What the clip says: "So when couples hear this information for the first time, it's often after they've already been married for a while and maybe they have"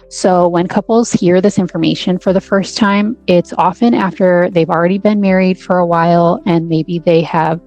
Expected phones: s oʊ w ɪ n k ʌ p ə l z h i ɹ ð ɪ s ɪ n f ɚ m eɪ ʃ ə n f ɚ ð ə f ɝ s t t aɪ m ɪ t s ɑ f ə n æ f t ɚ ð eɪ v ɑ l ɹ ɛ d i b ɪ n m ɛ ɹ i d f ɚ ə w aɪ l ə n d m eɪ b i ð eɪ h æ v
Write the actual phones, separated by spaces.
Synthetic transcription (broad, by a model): s oʊ w ɪ n k ʌ p l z h i ɹ ð ɪ s ɪ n f ɚ m eɪ ʃ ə n f ɚ ð ə f ɝ s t t aɪ m ɪ t s ɑ f ə n æ f t ɚ ð eɪ v l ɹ ɛ d i b ɪ n m ɛ ɹ i d f ɚ ə w aɪ l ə n m eɪ b i ð eɪ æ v